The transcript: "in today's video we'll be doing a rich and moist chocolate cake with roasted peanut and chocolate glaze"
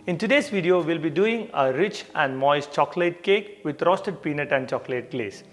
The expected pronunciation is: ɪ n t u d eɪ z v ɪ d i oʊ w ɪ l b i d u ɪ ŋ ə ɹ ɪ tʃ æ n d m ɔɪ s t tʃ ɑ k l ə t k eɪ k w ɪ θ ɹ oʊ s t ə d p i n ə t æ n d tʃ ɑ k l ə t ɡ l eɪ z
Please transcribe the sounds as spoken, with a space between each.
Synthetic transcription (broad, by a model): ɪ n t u d eɪ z v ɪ d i oʊ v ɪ l b i d u ɪ ŋ ə ɹ ɪ tʃ æ n d m ɔɪ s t tʃ ɑ k l ə t k eɪ k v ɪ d ɹ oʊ s t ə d p i n ə t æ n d tʃ ɑ k l ə t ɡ l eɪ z